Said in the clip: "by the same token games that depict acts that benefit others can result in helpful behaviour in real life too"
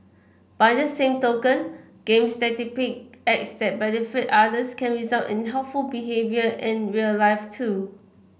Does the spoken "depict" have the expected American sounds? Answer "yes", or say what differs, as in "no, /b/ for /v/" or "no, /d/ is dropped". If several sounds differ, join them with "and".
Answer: no, /t/ is dropped